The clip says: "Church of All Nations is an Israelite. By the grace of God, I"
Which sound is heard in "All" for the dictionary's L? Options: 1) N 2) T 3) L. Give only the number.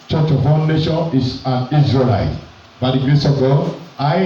1